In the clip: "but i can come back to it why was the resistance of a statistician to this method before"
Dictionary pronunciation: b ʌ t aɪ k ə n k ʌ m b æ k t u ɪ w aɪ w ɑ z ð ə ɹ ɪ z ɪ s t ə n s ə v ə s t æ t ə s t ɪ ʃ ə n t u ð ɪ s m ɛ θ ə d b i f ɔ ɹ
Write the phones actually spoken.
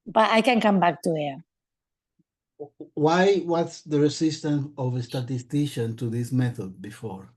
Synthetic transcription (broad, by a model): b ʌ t aɪ k ə n k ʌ m b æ k t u ɪ w aɪ w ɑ s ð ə ɹ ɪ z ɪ s t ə n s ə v ə s t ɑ t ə s t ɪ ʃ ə n t u ð ɪ s m ɛ θ ə d b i f ɔ ɹ